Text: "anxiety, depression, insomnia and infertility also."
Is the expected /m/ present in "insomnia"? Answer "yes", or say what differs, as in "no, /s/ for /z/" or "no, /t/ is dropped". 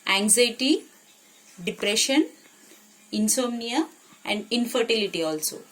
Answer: yes